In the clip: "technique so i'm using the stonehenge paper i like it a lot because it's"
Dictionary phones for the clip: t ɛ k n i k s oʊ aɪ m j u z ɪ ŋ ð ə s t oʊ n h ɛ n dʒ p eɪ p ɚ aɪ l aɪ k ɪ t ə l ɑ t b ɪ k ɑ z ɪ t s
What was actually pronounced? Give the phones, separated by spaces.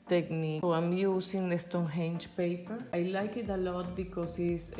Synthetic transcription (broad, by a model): t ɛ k n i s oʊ aɪ m j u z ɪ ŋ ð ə s t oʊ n h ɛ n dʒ p eɪ p ɚ aɪ l aɪ k ɪ t ə l ɑ t b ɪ k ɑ s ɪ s